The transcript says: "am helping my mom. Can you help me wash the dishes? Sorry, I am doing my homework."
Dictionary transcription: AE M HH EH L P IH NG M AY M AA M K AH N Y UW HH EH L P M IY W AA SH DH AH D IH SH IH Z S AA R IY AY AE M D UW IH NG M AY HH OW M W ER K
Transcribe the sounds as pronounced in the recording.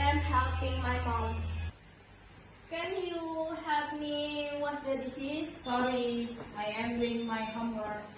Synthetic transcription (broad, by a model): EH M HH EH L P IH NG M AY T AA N K AH N Y UW HH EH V M IY W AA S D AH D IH S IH S AA R IY AY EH M D UW IH NG M AY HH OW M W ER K